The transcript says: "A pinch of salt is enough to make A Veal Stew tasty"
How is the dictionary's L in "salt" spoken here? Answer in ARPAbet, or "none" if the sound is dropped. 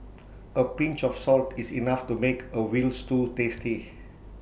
L